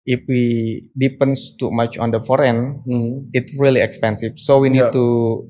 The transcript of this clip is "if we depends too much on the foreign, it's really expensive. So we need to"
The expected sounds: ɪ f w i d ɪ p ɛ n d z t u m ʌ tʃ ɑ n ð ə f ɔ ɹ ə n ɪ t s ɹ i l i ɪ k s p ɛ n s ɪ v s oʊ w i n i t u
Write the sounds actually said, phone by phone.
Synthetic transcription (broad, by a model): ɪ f w i d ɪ p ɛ n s t u m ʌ tʃ ɑ n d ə f ɔ ɹ ə n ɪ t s ɹ i l i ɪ k s p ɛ n s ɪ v s oʊ w i n i t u